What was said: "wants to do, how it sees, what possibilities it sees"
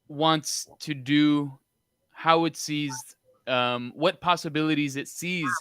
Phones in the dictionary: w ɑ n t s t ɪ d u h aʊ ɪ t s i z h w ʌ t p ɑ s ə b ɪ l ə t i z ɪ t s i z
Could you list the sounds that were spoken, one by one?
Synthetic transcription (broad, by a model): w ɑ n t s t ɪ d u h aʊ ɪ t s i z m w ʌ t p ɑ s ə b ɪ l ə t i z ɪ t s i z